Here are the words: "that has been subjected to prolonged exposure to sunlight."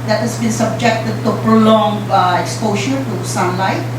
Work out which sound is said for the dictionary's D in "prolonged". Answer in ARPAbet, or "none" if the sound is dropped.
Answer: none